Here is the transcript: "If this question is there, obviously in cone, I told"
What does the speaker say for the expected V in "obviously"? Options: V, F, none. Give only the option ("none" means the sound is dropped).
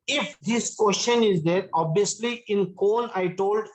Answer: none